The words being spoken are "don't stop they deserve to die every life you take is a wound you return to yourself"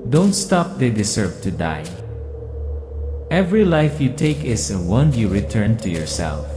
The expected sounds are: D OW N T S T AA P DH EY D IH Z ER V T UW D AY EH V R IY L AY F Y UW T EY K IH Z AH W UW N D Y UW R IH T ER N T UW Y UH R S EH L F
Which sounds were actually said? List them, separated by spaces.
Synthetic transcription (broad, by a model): D OW N T S T AA P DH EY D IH S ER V T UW D AY EH V R IY L AY F Y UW T EY K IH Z AH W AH N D Y UW R IH T ER N T UW Y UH R S EH L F